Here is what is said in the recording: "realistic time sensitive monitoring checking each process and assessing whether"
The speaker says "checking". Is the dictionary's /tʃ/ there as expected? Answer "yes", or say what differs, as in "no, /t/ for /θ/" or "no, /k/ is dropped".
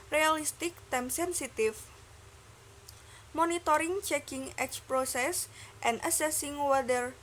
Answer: yes